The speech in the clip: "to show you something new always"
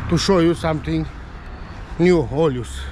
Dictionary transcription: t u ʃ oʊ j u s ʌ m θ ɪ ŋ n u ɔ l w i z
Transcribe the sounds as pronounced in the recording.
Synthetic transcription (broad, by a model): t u ʃ oʊ j u s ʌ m t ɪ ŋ n u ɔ l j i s